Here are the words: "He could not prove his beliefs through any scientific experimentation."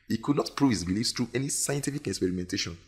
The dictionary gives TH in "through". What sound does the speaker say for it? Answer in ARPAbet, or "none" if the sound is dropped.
T